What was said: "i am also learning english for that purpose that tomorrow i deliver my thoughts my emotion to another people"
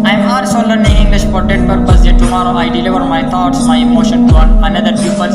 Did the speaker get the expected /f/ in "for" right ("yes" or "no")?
no